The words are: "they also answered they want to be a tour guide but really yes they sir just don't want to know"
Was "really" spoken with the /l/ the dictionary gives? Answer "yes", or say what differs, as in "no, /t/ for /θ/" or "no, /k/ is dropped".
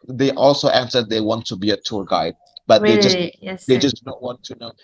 no, /l/ is dropped